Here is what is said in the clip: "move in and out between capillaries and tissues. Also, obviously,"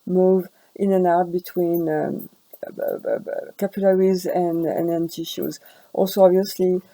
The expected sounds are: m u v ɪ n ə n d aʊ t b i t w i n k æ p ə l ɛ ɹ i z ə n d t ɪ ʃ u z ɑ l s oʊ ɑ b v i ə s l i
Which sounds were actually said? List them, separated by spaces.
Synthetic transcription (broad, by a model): m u v ɪ n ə n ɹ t b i t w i n k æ p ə l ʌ ɹ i z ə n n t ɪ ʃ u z ɑ l s oʊ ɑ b v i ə s l i